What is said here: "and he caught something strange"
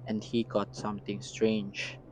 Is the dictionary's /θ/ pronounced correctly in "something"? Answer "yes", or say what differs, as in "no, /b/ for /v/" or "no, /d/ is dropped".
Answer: no, /t/ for /θ/